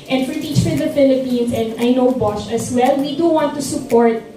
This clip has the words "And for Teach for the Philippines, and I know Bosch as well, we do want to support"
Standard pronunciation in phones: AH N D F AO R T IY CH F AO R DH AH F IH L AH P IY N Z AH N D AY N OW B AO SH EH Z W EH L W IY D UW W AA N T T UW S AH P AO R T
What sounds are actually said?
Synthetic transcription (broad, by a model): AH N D F AO R T IY CH F AO R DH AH F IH L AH P IY N S AH N D AY N OW B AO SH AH S W EH L W IY D UW W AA N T T UW S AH P AO R T